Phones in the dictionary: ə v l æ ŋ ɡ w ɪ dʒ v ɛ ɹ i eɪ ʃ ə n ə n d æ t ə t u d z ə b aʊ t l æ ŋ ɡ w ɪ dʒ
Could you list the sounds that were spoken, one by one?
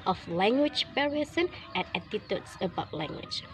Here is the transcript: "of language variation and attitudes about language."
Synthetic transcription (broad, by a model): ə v l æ ŋ ɡ w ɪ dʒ p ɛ ɹ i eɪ s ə n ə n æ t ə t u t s ə b aʊ t l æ ŋ ɡ w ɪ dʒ